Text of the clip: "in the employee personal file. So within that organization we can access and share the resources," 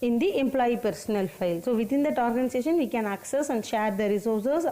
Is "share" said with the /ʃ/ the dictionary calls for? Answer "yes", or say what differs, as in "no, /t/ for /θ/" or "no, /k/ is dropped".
yes